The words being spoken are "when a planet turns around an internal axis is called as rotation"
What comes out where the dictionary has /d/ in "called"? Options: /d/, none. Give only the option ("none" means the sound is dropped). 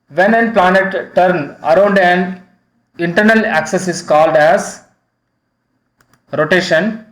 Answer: /d/